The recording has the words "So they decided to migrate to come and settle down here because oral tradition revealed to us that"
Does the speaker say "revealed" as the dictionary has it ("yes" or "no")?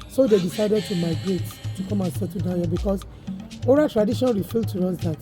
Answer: no